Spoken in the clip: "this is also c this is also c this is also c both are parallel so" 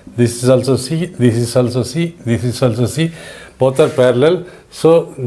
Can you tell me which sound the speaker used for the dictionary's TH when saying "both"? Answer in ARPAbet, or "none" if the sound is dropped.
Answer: T